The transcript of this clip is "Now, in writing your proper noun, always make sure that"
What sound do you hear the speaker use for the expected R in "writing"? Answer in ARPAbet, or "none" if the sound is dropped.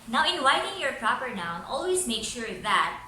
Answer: W